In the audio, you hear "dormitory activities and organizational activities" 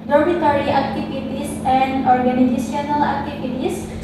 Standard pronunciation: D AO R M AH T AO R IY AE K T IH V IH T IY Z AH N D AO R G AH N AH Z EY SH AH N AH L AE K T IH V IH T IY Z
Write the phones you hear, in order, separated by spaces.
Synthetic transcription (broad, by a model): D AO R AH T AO R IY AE K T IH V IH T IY S AH N D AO R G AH N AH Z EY S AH N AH L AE K T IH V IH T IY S